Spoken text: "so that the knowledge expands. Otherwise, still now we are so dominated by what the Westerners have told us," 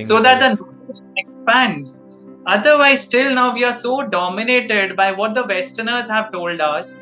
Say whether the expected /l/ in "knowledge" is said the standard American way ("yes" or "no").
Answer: no